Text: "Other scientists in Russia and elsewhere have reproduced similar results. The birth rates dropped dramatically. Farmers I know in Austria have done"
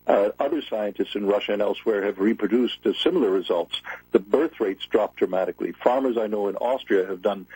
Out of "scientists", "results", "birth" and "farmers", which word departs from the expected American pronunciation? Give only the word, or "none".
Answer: none